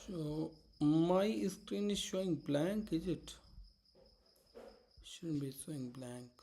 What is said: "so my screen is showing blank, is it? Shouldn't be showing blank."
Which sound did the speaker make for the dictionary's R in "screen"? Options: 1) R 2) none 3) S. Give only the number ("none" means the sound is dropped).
1